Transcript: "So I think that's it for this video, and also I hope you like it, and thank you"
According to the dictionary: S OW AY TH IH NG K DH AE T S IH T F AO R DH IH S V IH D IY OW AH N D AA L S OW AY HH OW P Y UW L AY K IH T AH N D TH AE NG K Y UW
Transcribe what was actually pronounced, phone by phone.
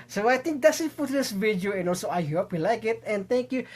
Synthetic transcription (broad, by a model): S OW AY T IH NG K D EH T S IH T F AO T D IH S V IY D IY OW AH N AA L S OW AY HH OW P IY L AY K IH T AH N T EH NG K Y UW